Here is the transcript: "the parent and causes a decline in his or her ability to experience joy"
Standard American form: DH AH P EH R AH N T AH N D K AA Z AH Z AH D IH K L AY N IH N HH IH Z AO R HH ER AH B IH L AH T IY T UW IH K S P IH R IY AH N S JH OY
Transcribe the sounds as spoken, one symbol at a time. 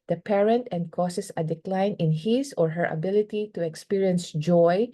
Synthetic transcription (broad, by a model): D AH P EH R AH N T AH N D K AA S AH S AH D IH K L AY N IH N HH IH S AO R HH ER AH B IH L AH T IY T UW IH K S P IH R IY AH N S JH OY